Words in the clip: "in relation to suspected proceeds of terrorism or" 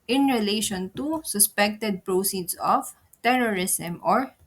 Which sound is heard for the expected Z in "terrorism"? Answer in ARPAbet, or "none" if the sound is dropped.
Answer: S